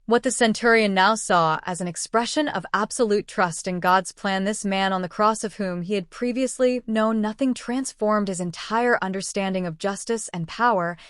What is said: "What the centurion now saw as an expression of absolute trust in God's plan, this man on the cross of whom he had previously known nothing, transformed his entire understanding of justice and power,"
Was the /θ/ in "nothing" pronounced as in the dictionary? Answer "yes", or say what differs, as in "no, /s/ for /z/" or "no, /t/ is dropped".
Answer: yes